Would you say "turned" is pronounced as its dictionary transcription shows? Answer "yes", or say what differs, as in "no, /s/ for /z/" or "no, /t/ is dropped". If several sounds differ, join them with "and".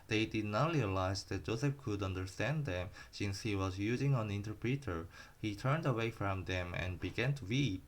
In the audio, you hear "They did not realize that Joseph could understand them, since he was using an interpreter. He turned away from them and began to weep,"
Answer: yes